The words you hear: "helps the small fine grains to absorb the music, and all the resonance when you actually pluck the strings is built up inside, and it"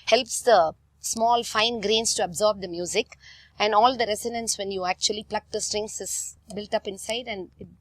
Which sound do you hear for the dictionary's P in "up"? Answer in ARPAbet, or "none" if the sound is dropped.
P